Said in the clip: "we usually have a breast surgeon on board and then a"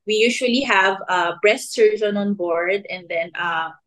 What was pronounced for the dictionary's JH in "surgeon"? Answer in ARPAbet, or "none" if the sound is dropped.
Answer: Z